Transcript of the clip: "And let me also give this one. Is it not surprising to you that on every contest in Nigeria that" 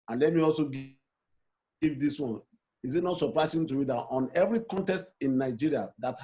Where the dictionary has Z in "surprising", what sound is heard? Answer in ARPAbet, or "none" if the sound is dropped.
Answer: S